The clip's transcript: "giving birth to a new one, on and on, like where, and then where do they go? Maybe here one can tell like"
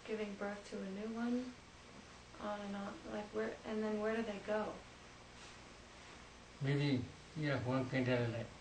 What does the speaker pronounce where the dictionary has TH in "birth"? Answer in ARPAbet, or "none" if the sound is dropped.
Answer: TH